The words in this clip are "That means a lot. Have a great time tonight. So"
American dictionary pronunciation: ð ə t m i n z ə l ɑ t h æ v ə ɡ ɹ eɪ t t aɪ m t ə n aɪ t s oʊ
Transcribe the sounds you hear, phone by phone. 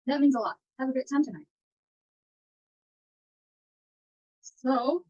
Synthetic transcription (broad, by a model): ð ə t m i n z ə l ɑ t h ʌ v ə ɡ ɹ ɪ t t aɪ m t ə n aɪ t s oʊ